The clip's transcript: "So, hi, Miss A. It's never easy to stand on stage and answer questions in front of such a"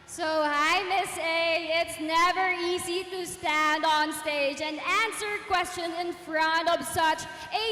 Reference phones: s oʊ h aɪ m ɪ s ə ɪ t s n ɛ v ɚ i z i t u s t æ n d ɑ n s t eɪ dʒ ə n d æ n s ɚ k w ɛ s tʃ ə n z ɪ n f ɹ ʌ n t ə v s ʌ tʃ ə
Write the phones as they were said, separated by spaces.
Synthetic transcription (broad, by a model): s oʊ aɪ m ɪ s ə ɪ t s n ɛ v ɚ i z i t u s t æ n d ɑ n s t eɪ dʒ ə n d æ n s ɚ k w ɛ s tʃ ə n ɪ n f ɹ ʌ n t ə v s ʌ tʃ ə